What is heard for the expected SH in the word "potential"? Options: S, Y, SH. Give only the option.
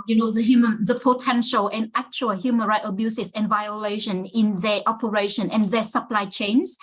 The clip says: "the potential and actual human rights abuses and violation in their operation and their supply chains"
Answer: SH